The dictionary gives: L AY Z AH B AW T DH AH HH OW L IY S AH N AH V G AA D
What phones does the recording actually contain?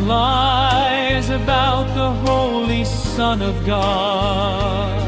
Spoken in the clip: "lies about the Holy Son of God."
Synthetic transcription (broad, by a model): L AY Z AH B AW T DH AH HH OW L IY S AH N AH V G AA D